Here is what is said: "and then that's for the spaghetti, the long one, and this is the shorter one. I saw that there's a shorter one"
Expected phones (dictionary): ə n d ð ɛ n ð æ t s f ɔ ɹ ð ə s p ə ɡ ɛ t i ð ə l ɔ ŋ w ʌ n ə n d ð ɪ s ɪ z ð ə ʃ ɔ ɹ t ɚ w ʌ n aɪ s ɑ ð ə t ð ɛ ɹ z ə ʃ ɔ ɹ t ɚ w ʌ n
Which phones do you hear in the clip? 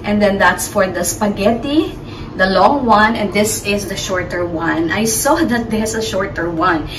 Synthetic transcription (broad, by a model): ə n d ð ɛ n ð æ t s f ɔ ɹ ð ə s p ə ɡ ɛ t i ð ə l ɔ ŋ w ʌ n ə n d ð ɪ s ɪ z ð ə ʃ ɔ ɹ t ɚ w ʌ n aɪ s ɑ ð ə t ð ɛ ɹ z ə ʃ ɔ ɹ t ɚ w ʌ n